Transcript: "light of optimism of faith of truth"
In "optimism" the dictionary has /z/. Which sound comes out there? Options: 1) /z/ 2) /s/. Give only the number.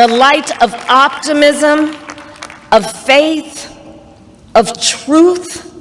1